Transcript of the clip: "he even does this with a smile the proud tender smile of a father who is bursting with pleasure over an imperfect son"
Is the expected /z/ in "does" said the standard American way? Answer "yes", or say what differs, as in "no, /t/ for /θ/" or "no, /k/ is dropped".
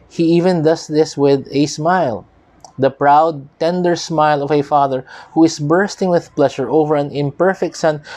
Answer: no, /s/ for /z/